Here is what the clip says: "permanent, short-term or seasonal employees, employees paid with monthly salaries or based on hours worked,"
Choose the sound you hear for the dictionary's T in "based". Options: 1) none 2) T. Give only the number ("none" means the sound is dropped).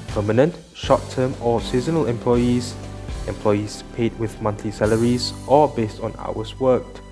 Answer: 2